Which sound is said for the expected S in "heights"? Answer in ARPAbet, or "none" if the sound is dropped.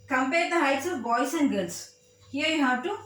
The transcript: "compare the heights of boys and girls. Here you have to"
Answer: S